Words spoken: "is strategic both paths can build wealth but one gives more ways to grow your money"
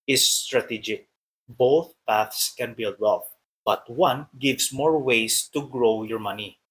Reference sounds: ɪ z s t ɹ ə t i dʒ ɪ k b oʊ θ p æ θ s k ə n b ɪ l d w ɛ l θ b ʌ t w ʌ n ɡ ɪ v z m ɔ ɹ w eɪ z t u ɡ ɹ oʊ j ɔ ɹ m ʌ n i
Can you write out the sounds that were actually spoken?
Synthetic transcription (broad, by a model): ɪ s t ɹ ə t i dʒ ɪ k b oʊ θ p æ θ s k ə n b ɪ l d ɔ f b ʌ t w ʌ n ɡ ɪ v s m ɔ ɹ w eɪ s t u ɡ ɹ oʊ j ɔ ɹ m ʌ n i